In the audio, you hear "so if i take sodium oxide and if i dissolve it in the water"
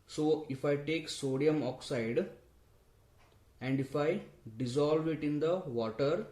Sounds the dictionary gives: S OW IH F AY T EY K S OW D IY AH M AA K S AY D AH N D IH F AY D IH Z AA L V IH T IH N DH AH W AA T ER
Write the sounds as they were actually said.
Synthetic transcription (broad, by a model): S OW IH F AY T EY K S OW D IY AH M AA K S AY D AH N D IH F AY D IH Z AA L V IH T IH N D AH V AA T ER